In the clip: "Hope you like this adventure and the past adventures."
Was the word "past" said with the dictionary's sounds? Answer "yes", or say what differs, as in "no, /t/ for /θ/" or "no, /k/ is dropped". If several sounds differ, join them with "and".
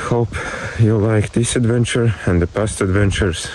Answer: yes